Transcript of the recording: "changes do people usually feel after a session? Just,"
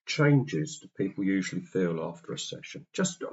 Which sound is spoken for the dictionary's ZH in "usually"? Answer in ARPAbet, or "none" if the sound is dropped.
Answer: ZH